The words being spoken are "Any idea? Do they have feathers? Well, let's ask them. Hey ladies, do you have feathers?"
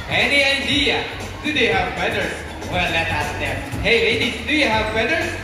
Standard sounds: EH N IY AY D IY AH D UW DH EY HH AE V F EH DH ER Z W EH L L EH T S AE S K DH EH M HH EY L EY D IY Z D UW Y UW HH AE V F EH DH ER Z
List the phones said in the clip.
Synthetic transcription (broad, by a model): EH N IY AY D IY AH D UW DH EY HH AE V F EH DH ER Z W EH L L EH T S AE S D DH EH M HH EY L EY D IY D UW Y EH HH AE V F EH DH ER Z